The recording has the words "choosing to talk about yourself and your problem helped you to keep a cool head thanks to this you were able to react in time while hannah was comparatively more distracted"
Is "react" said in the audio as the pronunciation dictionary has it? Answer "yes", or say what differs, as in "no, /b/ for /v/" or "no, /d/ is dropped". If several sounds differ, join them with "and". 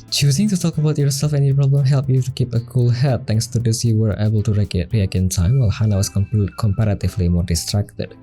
no, /t/ is dropped